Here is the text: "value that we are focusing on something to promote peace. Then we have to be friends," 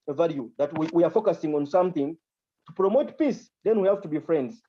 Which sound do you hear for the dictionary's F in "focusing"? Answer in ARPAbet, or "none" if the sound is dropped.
F